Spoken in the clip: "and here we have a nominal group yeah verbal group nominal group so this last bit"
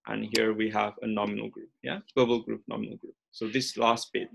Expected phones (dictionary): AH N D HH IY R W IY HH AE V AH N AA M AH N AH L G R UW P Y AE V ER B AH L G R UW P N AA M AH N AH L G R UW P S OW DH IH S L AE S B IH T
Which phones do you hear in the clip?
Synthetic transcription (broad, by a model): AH N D HH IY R W IY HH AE V AH N AA M AH N AH L G R UW P Y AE W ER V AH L G R UW P N AA M AH N AH L G R UW P S OW DH IH S L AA S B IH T